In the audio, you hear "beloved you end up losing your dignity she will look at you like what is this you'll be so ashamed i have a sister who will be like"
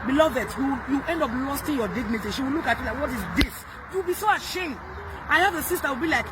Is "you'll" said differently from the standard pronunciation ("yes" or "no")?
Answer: yes